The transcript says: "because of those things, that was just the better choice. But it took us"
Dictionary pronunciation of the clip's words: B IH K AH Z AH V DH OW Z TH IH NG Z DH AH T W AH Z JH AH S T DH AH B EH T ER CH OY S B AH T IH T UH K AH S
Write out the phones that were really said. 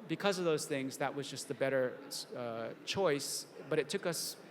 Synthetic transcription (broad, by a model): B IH K AH Z AH V DH OW Z TH IH NG Z DH AH T W AH Z JH AH S T DH AH B EH T ER CH OY S B AH T IH T UH K AH S